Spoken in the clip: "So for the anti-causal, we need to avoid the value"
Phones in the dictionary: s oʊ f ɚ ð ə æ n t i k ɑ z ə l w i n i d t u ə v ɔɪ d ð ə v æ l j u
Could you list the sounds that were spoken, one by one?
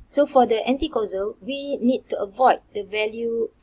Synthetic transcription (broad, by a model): s oʊ f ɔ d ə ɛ n t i k ɑ z ə l w i n i d t u ə v ɔɪ d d ə v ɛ l j u